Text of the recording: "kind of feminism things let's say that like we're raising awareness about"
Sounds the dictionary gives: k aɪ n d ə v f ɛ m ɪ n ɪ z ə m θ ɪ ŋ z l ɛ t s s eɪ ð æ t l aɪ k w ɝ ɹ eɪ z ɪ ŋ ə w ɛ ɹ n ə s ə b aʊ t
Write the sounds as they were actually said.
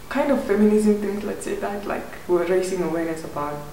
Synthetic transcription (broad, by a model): k aɪ n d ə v f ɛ m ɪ n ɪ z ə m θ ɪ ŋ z l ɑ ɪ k s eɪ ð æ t l aɪ k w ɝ ɹ eɪ s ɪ ŋ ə w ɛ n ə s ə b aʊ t